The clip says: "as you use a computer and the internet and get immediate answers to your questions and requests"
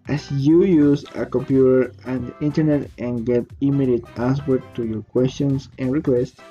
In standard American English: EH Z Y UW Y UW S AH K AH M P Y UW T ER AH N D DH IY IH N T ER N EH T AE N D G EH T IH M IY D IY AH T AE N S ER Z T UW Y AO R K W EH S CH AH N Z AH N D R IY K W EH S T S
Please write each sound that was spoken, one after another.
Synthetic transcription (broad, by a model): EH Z Y UW Y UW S AH K AH M P Y UW T ER AH N D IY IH N T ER N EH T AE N G EH T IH M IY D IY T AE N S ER T UW Y AO R K W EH S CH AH N S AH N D R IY K W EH S T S